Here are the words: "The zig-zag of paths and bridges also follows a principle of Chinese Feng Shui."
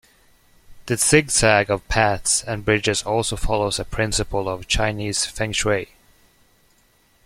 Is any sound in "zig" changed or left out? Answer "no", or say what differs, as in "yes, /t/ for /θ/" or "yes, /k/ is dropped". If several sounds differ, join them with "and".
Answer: yes, /s/ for /z/